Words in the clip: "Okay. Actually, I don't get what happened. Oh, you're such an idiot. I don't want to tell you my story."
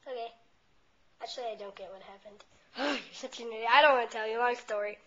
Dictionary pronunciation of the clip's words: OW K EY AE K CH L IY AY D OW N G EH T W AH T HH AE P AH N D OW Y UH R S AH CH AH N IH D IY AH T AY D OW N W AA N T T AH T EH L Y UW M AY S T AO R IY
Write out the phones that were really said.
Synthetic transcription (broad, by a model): OW K EY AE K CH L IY AY D OW N G EH T W AH T HH AE P AH N D OW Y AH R S AH CH AH N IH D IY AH IH D OW N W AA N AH T EH L Y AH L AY S T AO R IY